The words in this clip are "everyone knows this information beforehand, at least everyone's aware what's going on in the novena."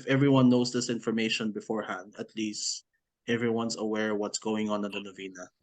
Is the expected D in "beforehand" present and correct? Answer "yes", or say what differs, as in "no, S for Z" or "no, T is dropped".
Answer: yes